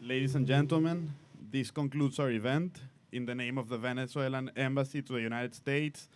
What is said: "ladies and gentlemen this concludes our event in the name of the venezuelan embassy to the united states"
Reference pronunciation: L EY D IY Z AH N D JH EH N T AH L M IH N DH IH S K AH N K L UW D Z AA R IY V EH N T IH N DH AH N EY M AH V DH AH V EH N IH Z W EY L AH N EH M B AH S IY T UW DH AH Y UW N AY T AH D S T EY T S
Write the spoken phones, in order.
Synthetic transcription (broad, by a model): L EY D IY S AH N JH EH N T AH L M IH N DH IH S K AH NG K L UW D S AA R IY V EH N T IH N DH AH N EY M AH V DH AH V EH N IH S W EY L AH N EH M B AH S IY T UW DH AH Y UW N AY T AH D S T EY T S